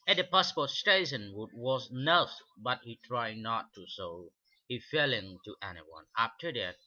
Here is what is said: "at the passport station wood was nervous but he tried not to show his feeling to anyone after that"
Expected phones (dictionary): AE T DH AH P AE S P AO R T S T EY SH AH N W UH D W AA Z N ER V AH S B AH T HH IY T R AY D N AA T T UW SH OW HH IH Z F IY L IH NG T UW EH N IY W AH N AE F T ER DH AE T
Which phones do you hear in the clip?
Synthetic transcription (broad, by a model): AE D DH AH P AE S P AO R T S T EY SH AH N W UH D W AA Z N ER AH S B AH T HH IY T R AY D N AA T T UW S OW HH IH F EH L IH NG T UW EH N IY W AH N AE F T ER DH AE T